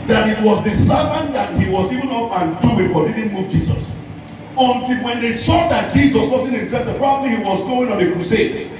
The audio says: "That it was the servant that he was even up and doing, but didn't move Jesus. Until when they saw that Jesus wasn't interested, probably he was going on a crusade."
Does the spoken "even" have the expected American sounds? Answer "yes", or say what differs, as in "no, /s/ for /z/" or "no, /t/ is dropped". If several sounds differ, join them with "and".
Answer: yes